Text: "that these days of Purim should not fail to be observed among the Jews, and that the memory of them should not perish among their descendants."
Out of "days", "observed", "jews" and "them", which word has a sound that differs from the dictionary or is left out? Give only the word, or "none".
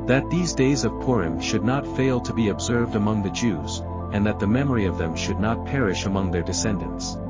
none